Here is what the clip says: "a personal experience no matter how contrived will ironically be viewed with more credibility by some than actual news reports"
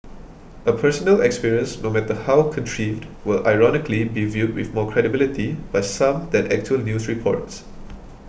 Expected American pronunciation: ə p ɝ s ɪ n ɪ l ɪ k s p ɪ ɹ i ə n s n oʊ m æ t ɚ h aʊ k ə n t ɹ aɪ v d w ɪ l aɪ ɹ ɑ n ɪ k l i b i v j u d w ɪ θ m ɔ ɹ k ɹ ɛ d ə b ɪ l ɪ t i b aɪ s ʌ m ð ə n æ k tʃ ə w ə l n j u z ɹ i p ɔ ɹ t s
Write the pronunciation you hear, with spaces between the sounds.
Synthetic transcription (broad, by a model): ə p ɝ s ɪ n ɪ l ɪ k s p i ɹ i ə n s n oʊ m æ t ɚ h aʊ k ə n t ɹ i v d w ɪ l aɪ ɹ ɑ n ɪ k l i b i v j u d w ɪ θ m ɔ k ɹ ɛ d ə b ɪ l ɪ t i b aɪ s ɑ m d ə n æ k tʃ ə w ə l n j u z ɹ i p ɔ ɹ t s